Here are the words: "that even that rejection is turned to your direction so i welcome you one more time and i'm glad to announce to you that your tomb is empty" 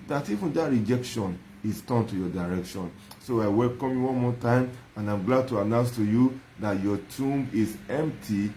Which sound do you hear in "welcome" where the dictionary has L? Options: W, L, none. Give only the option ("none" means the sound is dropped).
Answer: L